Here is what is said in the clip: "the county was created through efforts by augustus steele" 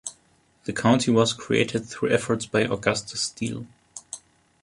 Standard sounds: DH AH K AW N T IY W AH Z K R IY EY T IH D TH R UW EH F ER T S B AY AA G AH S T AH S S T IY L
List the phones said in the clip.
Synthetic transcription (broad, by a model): DH AH K AW N T IY W AH Z K R IY EY T IH D TH R UW EH F ER T S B AY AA G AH S T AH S S T IY L